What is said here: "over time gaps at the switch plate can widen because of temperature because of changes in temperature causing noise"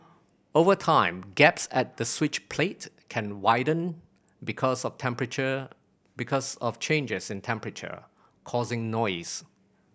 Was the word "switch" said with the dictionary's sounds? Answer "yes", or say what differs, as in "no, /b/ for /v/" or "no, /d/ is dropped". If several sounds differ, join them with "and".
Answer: yes